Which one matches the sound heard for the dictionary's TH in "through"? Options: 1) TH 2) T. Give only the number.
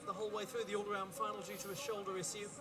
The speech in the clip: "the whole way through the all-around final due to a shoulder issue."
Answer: 1